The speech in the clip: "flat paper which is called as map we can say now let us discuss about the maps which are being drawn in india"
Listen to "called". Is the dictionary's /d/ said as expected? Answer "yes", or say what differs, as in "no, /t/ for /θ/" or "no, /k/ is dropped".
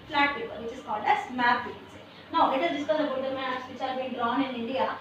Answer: yes